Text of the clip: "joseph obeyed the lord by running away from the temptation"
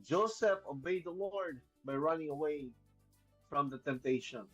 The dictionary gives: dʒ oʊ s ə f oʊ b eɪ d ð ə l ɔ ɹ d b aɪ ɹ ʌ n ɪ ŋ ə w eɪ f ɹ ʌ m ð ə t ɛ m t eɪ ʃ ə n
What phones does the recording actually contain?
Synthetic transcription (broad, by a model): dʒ oʊ s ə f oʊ b eɪ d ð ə l ɔ ɹ d b aɪ ɹ ʌ n ɪ ŋ ə w eɪ f ɹ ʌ m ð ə t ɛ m t eɪ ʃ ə n